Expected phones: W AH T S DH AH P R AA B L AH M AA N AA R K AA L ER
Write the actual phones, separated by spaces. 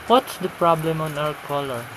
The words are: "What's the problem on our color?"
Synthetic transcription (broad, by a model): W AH T S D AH P R AA B L AH M AA N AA W K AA L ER